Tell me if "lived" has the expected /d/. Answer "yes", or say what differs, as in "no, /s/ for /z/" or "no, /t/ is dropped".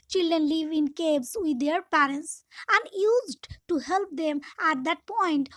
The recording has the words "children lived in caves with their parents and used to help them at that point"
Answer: no, /d/ is dropped